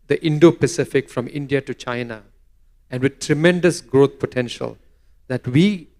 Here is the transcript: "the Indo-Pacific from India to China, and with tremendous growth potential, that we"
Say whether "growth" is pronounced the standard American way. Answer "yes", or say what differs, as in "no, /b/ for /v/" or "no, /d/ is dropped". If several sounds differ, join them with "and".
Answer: no, /t/ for /θ/